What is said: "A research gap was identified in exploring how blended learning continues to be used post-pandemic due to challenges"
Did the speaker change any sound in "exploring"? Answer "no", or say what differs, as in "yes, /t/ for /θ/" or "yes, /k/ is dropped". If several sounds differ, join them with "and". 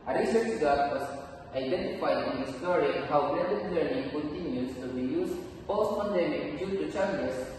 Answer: yes, /k/ is dropped